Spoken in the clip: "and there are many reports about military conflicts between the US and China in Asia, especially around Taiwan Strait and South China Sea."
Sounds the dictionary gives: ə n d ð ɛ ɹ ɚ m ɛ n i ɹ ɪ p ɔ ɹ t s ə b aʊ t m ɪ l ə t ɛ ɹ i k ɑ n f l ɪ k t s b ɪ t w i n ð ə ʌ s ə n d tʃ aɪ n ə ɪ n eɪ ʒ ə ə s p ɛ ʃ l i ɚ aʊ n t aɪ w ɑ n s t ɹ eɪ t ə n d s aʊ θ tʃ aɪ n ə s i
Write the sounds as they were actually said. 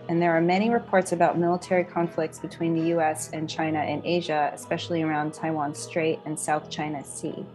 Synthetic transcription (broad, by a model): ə n ð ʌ ɹ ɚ m ɛ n i ɹ ɪ p ɔ ɹ t s ə b aʊ t m ɪ l ə t ɛ ɹ i k ɑ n f l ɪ k t s b ɪ t w i n ð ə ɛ s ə n tʃ aɪ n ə ɪ n eɪ ʒ ə ə s p ɛ ʃ l i ɚ aʊ n t aɪ w ɑ n s t ɹ eɪ t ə n s aʊ θ tʃ aɪ n ə s i